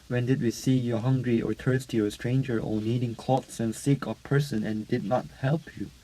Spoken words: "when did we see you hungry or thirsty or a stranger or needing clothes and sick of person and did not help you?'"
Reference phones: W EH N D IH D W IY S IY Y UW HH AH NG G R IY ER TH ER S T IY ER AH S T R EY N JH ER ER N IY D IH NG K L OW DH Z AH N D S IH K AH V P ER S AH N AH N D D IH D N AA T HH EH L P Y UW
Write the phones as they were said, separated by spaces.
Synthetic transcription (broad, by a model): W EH N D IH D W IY S IY Y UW HH AH NG G R IY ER T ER S T IY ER AH S T R EY N JH ER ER N IY D IH NG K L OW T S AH N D S IH K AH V P ER S AH N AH N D D IH D N AA T HH EH L P Y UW